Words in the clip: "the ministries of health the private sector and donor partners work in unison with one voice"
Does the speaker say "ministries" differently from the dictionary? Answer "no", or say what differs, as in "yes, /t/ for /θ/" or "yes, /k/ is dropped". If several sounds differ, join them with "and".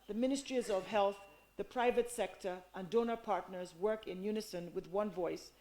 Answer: no